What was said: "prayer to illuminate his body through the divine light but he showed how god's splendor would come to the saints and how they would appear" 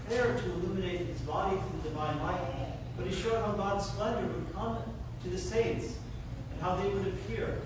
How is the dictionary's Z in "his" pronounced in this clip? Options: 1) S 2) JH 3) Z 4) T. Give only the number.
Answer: 3